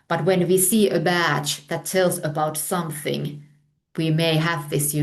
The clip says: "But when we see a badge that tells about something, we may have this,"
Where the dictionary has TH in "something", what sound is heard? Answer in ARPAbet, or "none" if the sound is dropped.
TH